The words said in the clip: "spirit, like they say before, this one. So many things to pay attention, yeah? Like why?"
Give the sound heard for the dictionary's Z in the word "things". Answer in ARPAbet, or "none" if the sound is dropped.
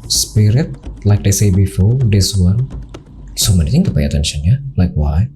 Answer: none